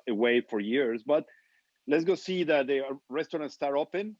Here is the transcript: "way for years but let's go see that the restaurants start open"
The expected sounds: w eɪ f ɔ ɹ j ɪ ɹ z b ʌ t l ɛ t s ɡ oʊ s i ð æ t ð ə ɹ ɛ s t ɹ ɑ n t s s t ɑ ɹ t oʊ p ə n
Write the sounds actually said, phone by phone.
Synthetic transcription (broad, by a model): w eɪ f ɔ ɹ j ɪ ɹ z b ʌ t l ɛ t s ɡ oʊ s i ð æ t ð ə ɹ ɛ s t ɹ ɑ n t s s t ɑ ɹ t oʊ p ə n